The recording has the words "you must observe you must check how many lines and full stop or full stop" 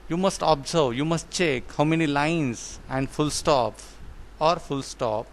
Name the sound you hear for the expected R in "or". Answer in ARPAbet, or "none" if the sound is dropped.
R